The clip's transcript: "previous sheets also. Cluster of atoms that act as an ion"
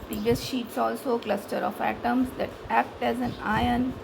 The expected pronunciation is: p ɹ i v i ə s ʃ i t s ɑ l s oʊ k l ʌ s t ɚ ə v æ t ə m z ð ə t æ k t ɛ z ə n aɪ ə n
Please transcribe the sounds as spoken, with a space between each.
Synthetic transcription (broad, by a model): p ɹ i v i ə s ʃ i t s ɑ l s oʊ k l ʌ s t ɚ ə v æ t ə m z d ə t æ k t ɛ z ə n aɪ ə n